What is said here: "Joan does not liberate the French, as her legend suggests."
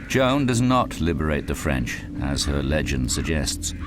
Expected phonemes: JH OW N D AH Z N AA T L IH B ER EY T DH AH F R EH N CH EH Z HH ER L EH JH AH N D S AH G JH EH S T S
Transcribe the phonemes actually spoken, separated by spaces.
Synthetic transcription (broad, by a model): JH OW N D AH Z N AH T L IH B ER EY T DH AH F R EH N CH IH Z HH ER L EH JH AH N D S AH G JH EH S T S